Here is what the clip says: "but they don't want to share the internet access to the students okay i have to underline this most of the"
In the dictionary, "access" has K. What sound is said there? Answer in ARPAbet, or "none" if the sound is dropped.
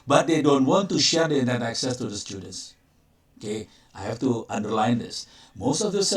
K